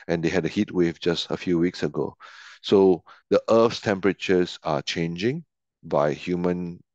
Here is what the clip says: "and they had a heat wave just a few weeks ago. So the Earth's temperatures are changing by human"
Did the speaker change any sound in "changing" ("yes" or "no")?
no